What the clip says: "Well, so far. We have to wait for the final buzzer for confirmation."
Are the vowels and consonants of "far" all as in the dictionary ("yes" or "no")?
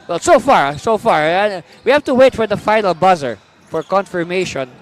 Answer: yes